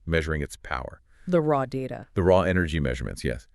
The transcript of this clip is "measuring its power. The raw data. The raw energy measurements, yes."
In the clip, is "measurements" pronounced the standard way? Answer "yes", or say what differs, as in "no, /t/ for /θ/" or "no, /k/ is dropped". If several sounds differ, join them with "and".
yes